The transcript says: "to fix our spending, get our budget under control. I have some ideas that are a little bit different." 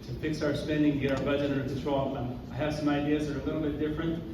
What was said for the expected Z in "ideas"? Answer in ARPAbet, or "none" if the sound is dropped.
Z